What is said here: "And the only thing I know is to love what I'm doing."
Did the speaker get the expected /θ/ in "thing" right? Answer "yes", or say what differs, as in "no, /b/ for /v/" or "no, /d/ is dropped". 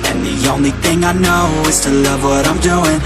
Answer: yes